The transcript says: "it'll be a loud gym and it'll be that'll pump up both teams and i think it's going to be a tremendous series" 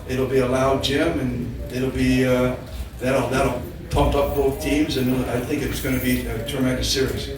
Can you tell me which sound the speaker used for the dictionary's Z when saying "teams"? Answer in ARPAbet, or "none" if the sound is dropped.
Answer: Z